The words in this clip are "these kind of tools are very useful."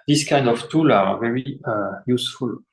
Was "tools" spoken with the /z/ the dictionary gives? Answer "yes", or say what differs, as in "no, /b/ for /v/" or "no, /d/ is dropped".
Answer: no, /z/ is dropped